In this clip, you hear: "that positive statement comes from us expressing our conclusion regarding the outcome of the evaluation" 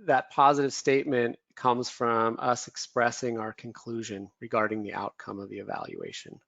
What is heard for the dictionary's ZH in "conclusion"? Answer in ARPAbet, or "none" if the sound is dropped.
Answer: ZH